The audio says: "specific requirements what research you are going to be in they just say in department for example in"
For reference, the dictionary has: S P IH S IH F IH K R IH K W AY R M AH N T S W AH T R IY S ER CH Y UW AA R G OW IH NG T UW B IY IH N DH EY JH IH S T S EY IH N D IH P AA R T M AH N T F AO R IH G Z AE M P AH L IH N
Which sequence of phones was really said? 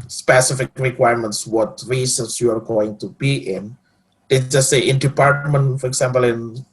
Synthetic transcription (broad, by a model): S P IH S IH F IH K R IH K W AY R M AH N T S W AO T R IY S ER S Y UW AA R G OW IH NG T UW B IY IH N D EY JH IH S S EY IH N D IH P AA R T M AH N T F AO R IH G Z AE M P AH L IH N